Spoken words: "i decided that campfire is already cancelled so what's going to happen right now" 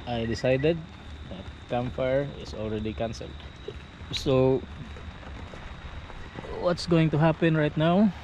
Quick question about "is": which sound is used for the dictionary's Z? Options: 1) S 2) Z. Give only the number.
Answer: 1